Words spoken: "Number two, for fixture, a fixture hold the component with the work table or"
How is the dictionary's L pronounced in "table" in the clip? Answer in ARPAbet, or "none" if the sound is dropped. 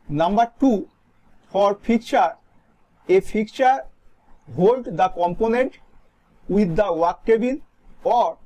N